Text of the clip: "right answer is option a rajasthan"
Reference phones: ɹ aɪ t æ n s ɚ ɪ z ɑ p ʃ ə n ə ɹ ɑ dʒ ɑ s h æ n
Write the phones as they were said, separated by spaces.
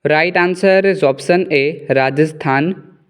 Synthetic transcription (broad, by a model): ɹ aɪ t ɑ n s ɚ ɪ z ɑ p s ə n ə ɹ ɑ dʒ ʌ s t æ n